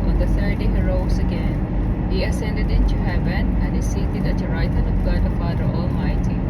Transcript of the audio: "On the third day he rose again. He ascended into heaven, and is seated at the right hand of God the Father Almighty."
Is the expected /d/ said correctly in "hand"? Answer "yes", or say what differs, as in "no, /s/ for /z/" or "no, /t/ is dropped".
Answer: no, /d/ is dropped